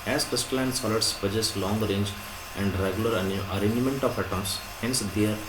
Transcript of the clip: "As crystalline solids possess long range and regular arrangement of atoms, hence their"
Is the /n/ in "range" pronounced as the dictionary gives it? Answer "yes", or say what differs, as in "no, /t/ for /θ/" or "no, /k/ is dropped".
yes